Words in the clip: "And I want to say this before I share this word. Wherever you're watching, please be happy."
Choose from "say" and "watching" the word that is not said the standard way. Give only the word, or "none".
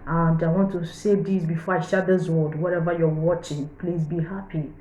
none